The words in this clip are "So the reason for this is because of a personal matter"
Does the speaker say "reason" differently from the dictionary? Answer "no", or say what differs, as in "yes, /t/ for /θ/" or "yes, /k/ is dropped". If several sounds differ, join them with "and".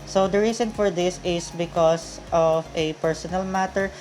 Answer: yes, /s/ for /z/